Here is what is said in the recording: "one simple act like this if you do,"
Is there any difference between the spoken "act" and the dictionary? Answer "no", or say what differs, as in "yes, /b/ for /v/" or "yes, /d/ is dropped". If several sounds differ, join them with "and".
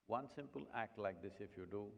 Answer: no